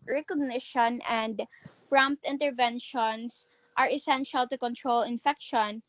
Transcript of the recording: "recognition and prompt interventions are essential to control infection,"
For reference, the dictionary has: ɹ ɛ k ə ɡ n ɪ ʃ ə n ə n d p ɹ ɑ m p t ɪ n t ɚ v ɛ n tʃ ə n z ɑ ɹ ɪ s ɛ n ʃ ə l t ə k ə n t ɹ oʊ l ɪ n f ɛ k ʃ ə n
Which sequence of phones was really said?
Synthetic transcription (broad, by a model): ɹ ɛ k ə ɡ n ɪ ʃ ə n ə n d p ɹ ɑ m p t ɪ n t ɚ v ɛ n ʃ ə n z ɑ ɹ ɪ s ɛ n ʃ ə l t ə k ə n t ɹ oʊ l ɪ n f ɛ k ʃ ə n